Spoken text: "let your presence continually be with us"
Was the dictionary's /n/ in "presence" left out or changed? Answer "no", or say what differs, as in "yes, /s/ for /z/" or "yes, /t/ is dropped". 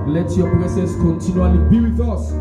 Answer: yes, /n/ is dropped